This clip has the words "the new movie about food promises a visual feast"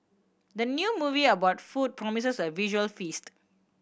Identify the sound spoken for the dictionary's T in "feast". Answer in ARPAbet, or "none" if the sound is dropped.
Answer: T